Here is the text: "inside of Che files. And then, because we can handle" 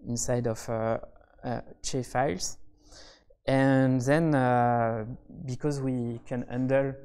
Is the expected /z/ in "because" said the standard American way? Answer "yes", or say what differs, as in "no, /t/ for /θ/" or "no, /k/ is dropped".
yes